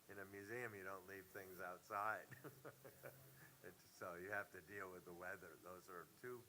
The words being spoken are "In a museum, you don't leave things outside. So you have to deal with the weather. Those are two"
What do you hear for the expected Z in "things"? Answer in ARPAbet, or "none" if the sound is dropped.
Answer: Z